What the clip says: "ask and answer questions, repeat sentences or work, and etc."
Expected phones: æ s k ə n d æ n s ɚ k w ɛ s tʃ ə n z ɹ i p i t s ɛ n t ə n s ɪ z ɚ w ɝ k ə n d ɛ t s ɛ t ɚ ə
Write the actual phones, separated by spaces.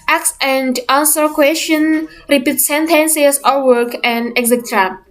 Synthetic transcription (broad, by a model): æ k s ə n d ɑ n s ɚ k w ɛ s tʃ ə n ɹ i p i t s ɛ n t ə n s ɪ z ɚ w ɝ k ə n d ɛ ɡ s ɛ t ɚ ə